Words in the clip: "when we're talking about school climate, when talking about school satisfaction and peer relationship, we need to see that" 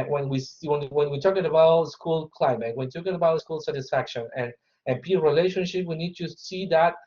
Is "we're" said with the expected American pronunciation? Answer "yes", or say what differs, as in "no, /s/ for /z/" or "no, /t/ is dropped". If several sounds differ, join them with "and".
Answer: no, /w/ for /ɹ/